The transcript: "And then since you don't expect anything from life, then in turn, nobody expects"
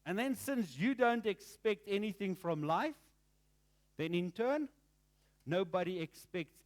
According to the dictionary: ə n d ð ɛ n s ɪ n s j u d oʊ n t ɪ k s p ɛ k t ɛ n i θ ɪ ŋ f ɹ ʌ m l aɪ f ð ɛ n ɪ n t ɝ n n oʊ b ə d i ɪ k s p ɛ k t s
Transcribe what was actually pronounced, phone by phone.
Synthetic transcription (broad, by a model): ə n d ð ɛ n s ɪ n s j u d oʊ n t ɪ k s p ɛ k t ɛ n i θ ɪ ŋ f ɹ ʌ m l aɪ f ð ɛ n ɪ n t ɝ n n oʊ b ə d i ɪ k s p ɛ k t s